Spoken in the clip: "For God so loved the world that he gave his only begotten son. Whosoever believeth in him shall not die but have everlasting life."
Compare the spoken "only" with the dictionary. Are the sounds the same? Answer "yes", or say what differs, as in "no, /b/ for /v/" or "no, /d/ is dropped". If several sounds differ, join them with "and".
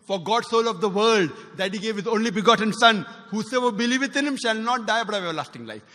yes